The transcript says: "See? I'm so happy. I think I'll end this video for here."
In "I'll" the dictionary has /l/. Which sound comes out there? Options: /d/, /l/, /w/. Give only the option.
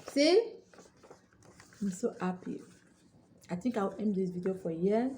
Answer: /w/